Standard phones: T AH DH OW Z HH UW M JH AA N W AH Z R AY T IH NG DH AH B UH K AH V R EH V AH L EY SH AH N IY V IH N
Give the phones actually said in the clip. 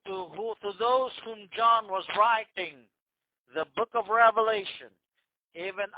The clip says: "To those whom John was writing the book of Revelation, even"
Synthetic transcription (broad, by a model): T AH DH OW Z HH UW M JH AA N W AH Z R AY T IH NG DH AH B UH K AH V R EH V AH L EY SH AH N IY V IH N